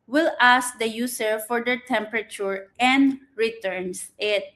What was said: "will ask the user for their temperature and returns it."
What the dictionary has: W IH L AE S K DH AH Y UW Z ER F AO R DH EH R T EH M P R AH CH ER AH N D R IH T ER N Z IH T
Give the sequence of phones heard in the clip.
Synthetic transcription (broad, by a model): W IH L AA S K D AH Y UW S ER F AO R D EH R T EH M P R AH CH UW AH N D R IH T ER N S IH T